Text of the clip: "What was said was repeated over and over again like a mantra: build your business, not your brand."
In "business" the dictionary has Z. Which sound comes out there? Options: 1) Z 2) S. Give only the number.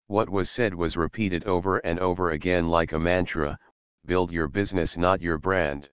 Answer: 1